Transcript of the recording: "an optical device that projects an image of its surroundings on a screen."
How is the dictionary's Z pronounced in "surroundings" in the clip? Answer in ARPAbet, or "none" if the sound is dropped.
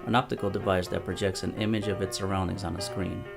Z